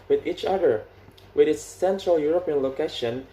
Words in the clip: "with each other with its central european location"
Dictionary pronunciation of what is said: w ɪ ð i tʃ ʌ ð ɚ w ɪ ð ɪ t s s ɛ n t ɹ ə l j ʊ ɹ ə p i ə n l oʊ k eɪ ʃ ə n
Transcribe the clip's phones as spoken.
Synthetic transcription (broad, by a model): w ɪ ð i tʃ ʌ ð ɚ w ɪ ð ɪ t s s ɛ n t ɹ ə l j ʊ ɹ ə p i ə n l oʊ k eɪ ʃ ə n